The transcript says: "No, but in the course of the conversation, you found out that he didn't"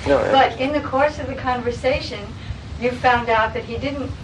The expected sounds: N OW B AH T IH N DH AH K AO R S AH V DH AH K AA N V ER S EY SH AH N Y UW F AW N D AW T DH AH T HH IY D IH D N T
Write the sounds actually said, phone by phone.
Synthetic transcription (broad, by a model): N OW B AH T IH N DH AH K AO R S AH V DH AH K AA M V ER S EY SH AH N Y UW F AW N D AW T DH AH T HH IY D IH D N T